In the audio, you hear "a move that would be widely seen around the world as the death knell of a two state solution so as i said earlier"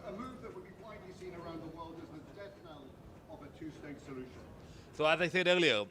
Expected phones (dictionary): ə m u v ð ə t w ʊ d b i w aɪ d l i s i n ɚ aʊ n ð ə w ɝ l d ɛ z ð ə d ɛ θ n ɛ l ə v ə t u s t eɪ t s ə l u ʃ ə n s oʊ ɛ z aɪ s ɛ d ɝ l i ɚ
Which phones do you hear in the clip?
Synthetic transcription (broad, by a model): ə m u v ð ə t w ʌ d b i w aɪ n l i s i n ɚ aʊ n ð ə w ɝ l d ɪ z ð ə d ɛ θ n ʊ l ə v ə t u s t eɪ t s ə l u ʃ ə n s oʊ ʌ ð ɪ θ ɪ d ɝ l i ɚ